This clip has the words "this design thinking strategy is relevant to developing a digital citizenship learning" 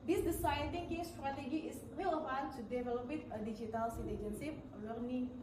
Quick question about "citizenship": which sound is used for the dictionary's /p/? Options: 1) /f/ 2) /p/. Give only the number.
1